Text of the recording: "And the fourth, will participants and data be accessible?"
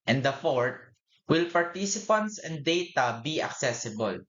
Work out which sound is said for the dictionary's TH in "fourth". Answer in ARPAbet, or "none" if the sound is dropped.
T